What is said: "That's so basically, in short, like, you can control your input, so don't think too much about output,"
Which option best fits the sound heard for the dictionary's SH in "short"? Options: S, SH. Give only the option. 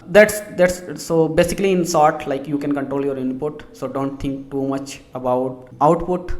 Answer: S